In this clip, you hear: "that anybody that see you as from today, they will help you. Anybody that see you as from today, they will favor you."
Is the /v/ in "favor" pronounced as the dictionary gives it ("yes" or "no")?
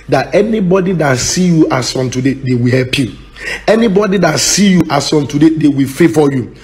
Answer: no